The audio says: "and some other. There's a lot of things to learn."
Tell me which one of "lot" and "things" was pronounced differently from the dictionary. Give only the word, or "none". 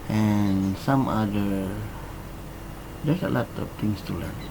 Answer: things